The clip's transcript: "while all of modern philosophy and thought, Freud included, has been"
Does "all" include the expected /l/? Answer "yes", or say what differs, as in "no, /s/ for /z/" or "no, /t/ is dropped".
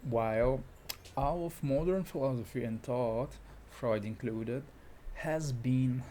no, /w/ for /l/